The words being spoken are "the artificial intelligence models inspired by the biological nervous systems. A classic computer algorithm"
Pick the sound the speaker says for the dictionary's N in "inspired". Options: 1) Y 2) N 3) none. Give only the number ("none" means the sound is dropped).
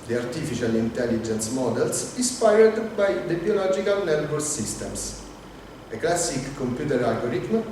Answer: 3